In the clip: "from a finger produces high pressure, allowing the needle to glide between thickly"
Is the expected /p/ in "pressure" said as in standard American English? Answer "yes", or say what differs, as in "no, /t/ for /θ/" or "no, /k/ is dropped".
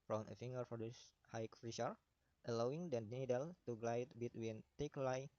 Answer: no, /f/ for /p/